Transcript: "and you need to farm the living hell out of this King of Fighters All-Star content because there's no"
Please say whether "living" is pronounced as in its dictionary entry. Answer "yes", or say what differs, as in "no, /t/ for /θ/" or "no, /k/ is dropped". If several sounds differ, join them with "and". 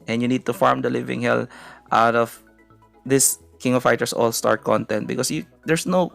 yes